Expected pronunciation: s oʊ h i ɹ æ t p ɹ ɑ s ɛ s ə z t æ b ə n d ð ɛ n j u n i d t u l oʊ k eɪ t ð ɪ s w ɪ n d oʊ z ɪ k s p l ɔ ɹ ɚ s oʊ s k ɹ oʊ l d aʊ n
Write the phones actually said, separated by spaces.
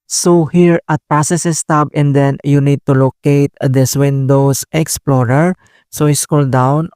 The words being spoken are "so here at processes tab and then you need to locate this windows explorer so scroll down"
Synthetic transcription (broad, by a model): s oʊ h i ɹ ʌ t p ɹ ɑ s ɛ s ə s t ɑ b ə n d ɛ n j u n i d t u l oʊ k eɪ t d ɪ s w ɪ n d oʊ s ɪ k s p l ɔ ɹ ɚ s oʊ s k oʊ l d aʊ n